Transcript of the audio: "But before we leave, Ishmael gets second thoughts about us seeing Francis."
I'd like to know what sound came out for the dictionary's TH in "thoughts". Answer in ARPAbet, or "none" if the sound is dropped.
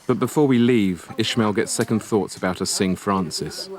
TH